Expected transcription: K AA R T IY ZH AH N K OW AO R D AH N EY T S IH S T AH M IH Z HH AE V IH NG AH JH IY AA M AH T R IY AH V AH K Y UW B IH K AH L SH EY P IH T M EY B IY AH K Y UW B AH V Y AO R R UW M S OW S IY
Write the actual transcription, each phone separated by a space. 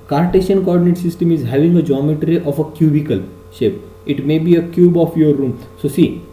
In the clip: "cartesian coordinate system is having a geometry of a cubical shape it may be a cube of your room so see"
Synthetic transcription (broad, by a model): K AA R T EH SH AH N K OW AO R D AH N EY T S IH S T AH M IH Z HH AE V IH NG AH JH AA M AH T R IY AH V AH K Y UW B IH K AH L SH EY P IH T M EY B IY AH K Y UW B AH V Y AO R R UW M S OW S IY